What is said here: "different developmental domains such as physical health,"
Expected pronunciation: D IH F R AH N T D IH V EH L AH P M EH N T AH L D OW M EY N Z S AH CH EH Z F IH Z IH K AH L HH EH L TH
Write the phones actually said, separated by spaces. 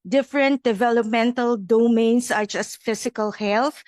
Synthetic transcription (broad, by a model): D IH F R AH N T D IH V EH L AH P M EH N T AH L D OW M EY N S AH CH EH S F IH S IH K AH L HH EH L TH